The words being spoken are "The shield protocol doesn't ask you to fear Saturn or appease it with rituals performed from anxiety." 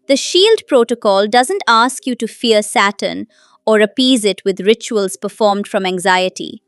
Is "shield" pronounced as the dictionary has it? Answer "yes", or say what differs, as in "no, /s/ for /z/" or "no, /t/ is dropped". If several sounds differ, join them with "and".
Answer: yes